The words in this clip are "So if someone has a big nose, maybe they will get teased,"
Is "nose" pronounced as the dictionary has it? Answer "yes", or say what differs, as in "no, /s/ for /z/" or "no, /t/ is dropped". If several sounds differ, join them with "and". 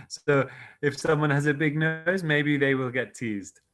yes